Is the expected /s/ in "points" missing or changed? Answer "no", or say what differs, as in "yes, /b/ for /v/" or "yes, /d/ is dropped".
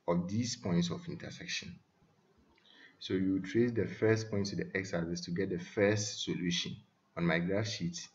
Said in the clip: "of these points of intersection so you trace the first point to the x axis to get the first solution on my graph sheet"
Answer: no